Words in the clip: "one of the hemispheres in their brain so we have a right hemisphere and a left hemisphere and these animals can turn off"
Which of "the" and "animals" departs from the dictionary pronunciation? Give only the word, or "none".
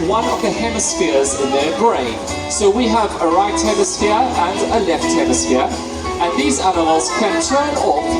animals